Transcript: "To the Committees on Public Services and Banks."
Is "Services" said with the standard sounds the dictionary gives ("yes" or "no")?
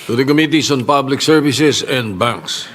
no